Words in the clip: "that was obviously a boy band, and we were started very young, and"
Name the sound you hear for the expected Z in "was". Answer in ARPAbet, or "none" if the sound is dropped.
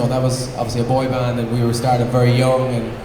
Z